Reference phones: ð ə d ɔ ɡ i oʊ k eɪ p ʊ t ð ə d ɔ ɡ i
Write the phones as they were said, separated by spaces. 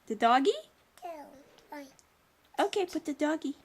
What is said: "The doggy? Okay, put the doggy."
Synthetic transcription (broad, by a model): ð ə d ɔ ɡ i oʊ k eɪ p ʊ t ð ə d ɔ ɡ i